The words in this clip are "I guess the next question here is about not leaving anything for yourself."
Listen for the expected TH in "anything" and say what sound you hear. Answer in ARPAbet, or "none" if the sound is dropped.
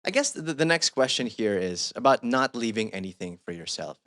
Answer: TH